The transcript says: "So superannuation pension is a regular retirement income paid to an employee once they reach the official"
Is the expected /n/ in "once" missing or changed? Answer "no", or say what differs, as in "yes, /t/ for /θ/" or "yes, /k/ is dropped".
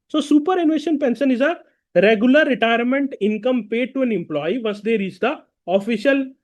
yes, /n/ is dropped